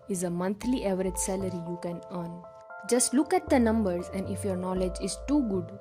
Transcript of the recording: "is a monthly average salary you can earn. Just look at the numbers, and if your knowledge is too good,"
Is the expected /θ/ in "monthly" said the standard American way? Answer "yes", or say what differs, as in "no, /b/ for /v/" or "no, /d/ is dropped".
no, /t/ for /θ/